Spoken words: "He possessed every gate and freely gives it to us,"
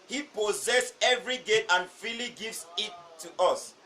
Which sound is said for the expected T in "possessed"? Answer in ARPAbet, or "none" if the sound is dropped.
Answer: none